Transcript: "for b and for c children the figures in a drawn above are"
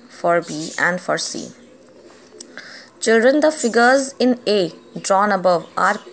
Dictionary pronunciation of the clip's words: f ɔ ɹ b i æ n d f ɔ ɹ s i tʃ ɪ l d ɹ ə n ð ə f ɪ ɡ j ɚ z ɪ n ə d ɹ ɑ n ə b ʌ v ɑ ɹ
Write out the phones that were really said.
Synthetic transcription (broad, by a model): f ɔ ɹ b i æ n d f ɔ ɹ s i tʃ ɪ l d ɹ ə n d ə f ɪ ɡ ɚ z ɪ n ə d ɹ ɑ n ə b ʌ v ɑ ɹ